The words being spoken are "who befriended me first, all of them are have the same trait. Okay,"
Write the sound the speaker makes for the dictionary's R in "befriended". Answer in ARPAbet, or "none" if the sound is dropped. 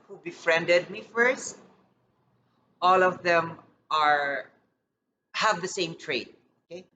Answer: R